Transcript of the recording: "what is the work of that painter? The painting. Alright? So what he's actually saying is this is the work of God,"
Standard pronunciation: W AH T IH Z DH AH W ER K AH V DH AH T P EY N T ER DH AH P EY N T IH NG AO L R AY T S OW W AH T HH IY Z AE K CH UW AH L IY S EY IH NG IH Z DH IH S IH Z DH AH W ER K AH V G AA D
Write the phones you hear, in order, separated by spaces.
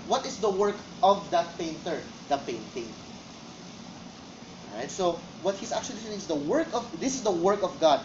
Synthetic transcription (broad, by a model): W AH T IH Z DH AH W ER K AH V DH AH T P EY N T ER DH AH P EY N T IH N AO R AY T S OW W AH T HH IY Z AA K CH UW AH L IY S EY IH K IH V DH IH S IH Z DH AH W ER K AH V G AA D